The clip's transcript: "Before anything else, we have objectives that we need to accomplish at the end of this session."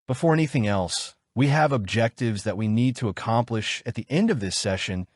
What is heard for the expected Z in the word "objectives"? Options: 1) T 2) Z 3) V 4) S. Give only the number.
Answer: 2